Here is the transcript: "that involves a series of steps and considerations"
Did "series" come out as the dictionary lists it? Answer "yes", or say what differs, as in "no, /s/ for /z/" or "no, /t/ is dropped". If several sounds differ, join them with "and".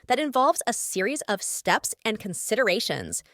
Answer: yes